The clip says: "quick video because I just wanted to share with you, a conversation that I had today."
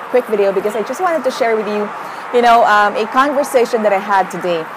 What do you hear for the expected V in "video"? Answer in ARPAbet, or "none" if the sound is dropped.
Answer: V